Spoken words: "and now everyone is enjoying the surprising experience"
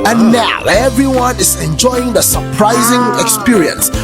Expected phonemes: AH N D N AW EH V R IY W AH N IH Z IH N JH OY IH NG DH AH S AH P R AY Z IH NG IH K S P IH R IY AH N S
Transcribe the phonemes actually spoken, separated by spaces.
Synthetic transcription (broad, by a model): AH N N AW EH V R IY W AH N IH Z IH N JH OY IH NG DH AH S AH P R AY Z IH NG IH K S P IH R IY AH N S